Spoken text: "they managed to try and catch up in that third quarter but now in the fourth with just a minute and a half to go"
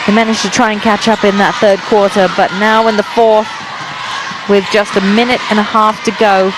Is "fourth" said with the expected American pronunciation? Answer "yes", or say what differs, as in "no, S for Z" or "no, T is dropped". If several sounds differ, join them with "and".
yes